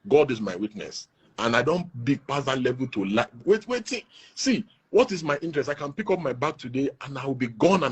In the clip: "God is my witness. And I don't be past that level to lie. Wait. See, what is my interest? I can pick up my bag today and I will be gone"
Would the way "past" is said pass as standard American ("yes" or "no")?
no